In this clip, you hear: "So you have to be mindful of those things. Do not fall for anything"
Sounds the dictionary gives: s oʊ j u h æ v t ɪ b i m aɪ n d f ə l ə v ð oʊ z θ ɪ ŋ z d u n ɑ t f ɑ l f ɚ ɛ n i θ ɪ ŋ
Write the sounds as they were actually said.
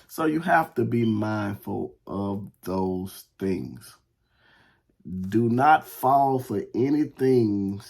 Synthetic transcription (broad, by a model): s oʊ j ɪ h æ f t ɪ b i m aɪ n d f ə l ə v ð oʊ z θ ɪ ŋ z d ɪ n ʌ t f ɑ l f ɚ ɛ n i θ ɪ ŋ